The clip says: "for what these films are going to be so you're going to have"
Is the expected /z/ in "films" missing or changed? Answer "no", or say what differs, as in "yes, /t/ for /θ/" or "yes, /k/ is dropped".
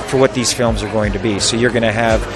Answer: no